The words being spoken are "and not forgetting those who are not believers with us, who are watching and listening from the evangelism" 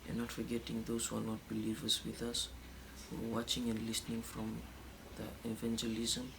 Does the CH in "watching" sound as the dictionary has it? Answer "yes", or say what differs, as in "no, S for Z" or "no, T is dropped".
yes